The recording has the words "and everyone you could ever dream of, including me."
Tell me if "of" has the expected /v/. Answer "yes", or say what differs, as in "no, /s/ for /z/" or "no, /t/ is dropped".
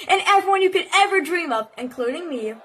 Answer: no, /p/ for /v/